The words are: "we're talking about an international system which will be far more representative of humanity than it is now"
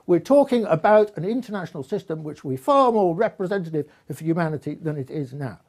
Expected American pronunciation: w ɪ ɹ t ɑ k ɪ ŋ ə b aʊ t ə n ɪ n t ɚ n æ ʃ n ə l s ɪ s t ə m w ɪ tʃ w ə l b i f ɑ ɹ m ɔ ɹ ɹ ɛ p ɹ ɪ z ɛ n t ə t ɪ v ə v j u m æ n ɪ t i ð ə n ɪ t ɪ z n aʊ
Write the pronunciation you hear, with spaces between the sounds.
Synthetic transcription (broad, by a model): w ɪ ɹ t ɑ k ɪ ŋ ə b aʊ t ə n ɪ n t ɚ n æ ʃ n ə l s ɪ s t ə m w ɪ tʃ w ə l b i f ɑ ɹ m ɔ ɹ ɹ ɛ p ɹ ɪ z ɛ n t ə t ɪ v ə j u m æ n ɪ t i ð ə n ɪ t ɪ z n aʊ